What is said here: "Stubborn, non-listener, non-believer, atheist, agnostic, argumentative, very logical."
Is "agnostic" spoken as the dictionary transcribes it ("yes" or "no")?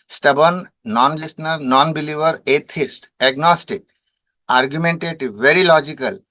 yes